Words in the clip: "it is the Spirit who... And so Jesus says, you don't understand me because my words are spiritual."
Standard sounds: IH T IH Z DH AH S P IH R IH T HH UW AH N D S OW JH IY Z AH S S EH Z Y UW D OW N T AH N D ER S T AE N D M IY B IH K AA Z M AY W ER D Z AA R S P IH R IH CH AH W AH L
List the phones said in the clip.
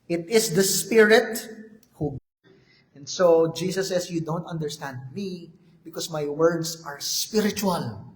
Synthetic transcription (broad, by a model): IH T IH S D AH S P IH R IH T HH UW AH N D S OW JH IY S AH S S EH S Y UW D OW N T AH N D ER S T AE N D M IY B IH K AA S M AY W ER D S AA R S P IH R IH CH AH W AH L